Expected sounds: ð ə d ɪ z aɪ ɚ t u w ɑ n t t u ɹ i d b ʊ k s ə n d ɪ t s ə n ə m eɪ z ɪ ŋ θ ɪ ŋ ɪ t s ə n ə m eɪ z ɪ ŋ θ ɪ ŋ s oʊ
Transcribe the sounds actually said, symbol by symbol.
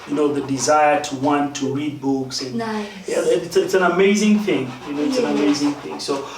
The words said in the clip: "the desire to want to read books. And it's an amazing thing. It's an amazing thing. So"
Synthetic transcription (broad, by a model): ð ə d ɪ z aɪ ɚ t u w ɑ n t t u ɹ i d b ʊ k s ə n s ɪ t s ə n ə m eɪ z ɪ ŋ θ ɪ ŋ ɪ t s ə n ə m eɪ z ɪ ŋ θ ɪ ŋ s oʊ